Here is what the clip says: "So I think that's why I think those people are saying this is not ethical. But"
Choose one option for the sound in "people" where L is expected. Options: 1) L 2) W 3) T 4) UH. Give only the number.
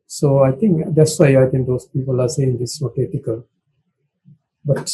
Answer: 1